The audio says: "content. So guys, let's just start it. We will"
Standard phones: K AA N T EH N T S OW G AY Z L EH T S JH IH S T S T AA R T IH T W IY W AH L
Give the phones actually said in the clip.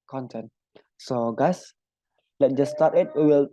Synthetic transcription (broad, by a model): K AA N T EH N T S OW G AY S L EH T JH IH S S T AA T IH T W IY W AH L